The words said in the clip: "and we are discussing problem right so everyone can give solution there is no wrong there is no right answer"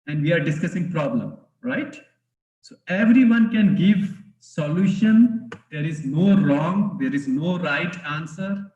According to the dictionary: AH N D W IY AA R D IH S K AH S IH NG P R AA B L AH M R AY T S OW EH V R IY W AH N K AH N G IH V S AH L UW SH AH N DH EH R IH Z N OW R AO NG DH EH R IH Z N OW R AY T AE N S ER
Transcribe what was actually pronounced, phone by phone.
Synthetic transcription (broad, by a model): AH N D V IY AA R D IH S K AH S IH NG P R AA B L AH M R AY T S OW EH V R IY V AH N K AH N G IH V S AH L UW SH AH N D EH R IH Z N OW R AO NG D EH R IH Z N OW R AY T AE N S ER